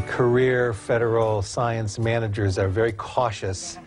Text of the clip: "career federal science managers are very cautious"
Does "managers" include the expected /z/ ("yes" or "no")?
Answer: yes